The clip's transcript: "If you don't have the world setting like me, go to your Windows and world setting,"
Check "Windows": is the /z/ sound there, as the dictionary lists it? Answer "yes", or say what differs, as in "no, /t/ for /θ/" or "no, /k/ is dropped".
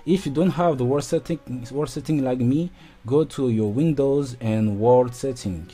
yes